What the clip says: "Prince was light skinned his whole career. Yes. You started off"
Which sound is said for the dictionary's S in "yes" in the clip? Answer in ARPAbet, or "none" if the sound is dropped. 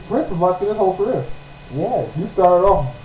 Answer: none